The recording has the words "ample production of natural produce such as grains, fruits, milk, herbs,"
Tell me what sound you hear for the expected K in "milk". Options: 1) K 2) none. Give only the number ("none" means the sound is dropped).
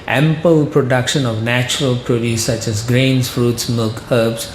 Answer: 1